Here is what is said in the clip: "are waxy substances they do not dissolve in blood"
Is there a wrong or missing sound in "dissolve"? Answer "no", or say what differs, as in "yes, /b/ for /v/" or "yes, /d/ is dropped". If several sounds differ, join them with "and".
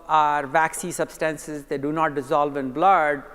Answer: no